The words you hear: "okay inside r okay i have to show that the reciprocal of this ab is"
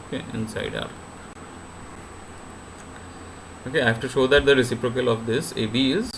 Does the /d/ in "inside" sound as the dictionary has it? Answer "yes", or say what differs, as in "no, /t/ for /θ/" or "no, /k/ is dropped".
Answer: yes